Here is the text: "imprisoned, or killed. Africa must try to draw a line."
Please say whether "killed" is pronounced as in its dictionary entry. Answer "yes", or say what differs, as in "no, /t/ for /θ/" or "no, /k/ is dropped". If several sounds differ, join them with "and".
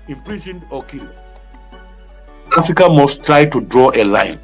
no, /d/ is dropped